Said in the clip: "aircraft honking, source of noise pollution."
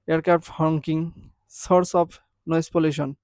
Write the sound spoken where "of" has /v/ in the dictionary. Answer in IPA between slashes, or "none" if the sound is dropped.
/p/